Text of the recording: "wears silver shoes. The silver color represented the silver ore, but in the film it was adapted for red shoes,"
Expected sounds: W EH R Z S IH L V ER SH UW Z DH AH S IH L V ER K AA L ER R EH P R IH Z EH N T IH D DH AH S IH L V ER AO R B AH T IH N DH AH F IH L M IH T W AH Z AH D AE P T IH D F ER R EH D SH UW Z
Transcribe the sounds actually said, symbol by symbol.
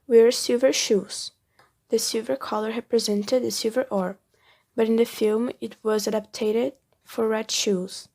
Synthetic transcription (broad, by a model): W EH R S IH V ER SH UW Z DH AH S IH V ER K AA L ER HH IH P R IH Z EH N T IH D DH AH S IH V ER AO R B AH T IH N DH AH F IH L M IH T W AH Z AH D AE P T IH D F ER R EH D SH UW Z